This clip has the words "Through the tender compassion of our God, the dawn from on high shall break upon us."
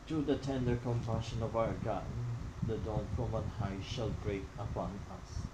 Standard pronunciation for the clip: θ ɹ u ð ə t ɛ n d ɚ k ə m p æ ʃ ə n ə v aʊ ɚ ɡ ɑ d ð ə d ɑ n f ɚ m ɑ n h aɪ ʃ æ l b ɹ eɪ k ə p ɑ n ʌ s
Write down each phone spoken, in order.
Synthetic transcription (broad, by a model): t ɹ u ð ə t ɛ n d ɚ k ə m p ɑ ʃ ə n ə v aʊ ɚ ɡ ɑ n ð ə d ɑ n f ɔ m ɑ n h aɪ ʃ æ l b ɹ eɪ k ə p ɑ n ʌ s